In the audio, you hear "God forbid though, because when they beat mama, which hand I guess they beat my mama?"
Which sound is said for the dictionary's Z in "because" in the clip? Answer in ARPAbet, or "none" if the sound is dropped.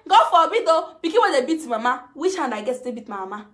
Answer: none